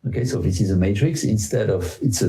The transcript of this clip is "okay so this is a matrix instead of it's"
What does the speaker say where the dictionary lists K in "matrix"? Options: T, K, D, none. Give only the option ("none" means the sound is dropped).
K